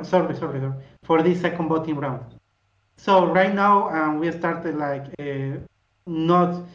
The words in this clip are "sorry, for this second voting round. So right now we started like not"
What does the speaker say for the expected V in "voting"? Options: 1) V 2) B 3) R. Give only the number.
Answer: 2